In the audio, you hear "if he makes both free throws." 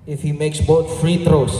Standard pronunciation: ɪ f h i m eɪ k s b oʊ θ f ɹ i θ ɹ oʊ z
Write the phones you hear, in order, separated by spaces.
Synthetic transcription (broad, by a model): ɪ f h i m eɪ k s b oʊ t f ɹ i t ɹ oʊ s